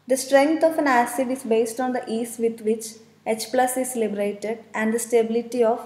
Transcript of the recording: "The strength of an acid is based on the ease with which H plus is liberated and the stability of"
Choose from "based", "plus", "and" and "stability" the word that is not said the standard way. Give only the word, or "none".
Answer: none